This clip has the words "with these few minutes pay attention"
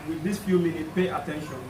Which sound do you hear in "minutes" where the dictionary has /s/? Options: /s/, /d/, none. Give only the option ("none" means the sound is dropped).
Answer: none